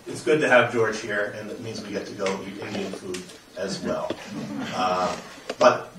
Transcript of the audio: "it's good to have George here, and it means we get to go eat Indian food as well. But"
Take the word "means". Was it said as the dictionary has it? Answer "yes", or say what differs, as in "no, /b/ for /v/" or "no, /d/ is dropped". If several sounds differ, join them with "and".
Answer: yes